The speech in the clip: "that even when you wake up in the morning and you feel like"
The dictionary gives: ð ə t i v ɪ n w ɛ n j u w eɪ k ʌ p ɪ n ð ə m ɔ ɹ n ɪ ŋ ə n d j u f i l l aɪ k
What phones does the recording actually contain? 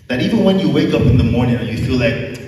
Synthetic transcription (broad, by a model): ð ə t i v ɪ n w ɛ n j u w eɪ k ʌ p ɪ n ð ə m ɔ ɹ n ɪ ŋ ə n j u f i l l aɪ k